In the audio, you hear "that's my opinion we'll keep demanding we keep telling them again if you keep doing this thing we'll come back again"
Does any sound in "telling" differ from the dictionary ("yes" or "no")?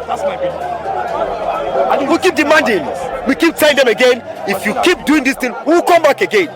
yes